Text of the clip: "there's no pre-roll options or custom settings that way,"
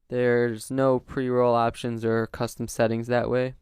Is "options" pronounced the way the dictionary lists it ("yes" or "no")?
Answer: yes